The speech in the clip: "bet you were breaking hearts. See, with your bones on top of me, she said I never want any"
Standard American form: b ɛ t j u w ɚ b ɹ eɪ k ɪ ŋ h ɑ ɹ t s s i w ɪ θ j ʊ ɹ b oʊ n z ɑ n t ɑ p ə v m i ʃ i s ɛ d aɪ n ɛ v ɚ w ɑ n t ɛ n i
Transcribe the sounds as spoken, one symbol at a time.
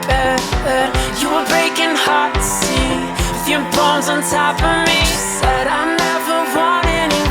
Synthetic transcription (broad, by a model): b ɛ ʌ j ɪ w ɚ b ɹ eɪ k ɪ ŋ h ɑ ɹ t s s i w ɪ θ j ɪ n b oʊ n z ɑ n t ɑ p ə m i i s ɛ d aɪ n ɛ v ɚ w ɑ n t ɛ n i